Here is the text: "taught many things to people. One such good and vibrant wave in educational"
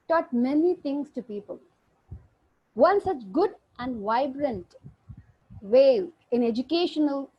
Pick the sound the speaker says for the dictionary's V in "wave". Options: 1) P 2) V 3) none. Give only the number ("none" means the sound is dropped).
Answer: 3